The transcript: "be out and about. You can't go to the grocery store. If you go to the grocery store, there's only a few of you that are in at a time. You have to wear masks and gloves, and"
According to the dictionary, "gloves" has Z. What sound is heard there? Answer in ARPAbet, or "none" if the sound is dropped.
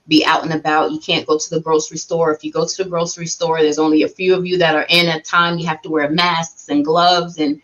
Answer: Z